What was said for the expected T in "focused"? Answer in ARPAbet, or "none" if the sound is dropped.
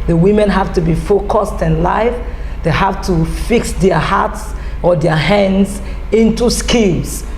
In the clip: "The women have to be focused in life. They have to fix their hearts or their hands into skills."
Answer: T